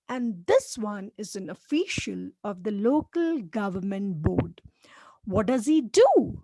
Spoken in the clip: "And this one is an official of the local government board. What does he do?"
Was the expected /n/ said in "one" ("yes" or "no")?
yes